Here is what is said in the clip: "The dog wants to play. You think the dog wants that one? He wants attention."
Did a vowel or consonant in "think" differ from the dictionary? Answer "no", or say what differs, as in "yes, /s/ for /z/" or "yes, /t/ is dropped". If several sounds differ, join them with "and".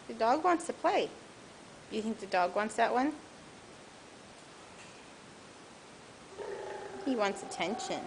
no